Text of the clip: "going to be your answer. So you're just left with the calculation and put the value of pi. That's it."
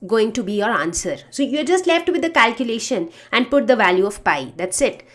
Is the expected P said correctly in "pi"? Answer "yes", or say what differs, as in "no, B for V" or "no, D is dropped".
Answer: yes